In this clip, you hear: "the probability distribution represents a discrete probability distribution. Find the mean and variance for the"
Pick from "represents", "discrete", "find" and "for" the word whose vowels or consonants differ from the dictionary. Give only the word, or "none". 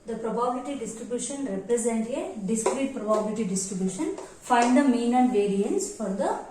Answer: represents